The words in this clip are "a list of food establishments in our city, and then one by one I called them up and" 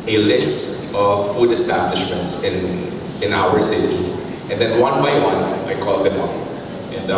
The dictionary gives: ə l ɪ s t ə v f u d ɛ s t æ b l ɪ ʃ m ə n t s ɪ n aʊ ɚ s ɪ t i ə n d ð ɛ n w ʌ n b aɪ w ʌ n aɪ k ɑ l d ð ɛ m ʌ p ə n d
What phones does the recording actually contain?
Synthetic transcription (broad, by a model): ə l ɪ s t ə v f u d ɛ s t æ b l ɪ ʃ m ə n t s ɪ n aʊ ɚ s ɪ t i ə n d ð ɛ n w ʌ n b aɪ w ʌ n aɪ k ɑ l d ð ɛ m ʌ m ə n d